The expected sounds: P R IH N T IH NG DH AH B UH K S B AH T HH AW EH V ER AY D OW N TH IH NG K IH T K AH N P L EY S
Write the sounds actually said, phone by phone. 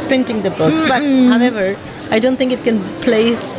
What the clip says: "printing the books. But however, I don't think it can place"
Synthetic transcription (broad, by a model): P R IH N T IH NG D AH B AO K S B AH T HH AW EH V ER AY D OW N T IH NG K IH T K AH N P L EY S